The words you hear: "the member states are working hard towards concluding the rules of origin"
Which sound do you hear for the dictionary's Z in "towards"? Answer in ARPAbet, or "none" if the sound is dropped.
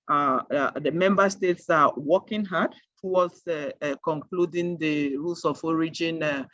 S